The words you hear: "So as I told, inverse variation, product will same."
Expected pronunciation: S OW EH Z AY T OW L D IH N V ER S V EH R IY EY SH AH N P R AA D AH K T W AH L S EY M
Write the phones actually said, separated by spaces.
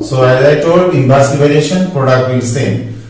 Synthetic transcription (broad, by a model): S OW EH Z AY T OW L D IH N B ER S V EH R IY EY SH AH N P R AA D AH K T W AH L S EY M